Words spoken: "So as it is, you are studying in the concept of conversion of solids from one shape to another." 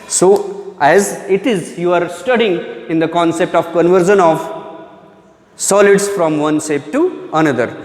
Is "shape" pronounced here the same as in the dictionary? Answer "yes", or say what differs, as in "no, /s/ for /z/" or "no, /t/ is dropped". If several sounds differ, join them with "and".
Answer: no, /s/ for /ʃ/